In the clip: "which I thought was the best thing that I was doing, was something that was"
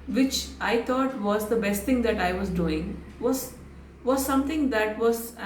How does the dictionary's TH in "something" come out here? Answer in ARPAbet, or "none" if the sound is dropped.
T